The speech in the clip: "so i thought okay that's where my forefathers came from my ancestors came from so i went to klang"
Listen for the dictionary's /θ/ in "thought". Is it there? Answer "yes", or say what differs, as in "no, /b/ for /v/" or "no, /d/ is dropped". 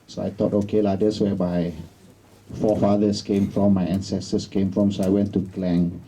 no, /t/ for /θ/